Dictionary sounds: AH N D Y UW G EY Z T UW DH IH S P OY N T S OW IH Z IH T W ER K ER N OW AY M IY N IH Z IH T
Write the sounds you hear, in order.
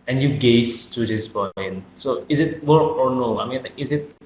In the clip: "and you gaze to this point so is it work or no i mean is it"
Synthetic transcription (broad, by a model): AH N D Y UW G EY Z T UW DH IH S B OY N S OW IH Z IH T W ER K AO N OW AY M IY N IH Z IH T